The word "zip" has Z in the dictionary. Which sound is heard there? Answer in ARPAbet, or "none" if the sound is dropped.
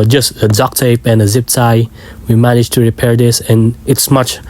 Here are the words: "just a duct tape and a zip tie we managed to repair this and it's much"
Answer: Z